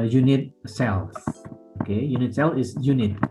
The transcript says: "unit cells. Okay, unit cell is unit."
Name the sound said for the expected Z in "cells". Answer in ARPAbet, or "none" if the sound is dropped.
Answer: none